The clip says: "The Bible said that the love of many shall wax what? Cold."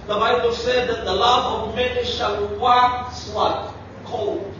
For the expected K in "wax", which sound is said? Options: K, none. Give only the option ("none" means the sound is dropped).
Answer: none